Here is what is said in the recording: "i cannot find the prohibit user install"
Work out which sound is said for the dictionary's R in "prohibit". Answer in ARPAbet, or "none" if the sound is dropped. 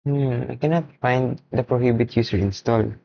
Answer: R